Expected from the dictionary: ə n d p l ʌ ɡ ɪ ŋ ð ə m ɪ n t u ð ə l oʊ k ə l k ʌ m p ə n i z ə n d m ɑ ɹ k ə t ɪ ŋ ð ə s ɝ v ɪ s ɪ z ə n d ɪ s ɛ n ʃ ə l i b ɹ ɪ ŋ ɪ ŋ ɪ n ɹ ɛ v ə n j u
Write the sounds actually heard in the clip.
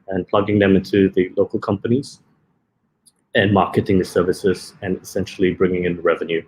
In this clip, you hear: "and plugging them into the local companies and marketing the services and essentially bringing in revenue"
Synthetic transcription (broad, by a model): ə n p l ʌ ɡ ɪ ŋ ð ə m ɪ n t u ð ə l oʊ k ə l k ʌ m p ə n i z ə n m ɑ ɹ k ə t ɪ ŋ ð ə s ɝ v ɪ s ɪ z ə n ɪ s ɛ n ʃ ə l i b ɹ ɪ ŋ ɪ ŋ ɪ n ɹ ɛ v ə n j u